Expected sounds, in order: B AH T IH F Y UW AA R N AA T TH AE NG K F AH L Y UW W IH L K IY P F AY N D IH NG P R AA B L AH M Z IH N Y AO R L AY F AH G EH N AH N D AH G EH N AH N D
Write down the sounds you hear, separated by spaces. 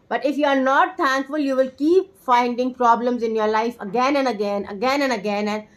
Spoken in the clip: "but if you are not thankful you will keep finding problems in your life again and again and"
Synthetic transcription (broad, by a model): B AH T IH F Y UW AA R N AA T T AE NG K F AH L Y UW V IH L K IY P F AY N D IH NG P R AA B L AH M Z IH N Y AO R L AY F AH G EH N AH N D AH G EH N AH N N